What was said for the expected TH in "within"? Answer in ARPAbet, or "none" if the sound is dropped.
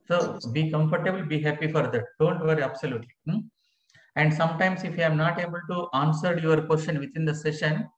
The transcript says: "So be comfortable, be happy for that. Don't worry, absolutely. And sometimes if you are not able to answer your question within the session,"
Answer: T